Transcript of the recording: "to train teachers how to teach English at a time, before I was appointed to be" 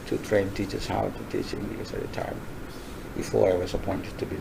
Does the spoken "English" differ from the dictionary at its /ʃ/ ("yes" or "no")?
yes